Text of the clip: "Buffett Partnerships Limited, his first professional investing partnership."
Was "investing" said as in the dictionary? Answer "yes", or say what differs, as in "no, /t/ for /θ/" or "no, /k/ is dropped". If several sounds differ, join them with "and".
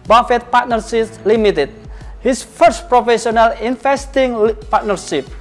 no, /f/ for /v/